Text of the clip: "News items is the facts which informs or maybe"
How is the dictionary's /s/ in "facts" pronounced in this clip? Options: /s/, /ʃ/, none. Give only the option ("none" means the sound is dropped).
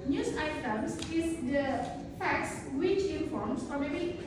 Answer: /s/